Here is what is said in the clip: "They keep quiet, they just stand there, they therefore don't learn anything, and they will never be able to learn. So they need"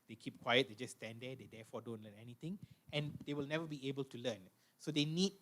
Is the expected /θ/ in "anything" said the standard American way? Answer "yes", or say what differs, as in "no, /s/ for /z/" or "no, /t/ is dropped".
no, /t/ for /θ/